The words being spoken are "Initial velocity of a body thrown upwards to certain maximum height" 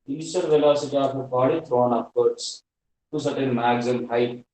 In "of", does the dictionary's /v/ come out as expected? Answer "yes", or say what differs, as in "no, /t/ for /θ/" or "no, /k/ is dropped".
no, /p/ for /v/